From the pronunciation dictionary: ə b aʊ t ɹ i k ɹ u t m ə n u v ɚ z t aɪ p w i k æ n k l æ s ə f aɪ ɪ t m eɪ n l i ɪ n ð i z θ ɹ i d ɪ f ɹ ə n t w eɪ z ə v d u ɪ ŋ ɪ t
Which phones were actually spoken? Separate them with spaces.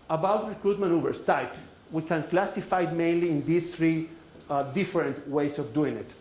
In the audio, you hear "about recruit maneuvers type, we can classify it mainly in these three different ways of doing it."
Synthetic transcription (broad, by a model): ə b aʊ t ɹ i k ɹ u t m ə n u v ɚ s t aɪ p w i k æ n k l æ s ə f aɪ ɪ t m eɪ n l i ɪ n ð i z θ ɹ i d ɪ f ɹ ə n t w eɪ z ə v d u ɪ ŋ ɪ t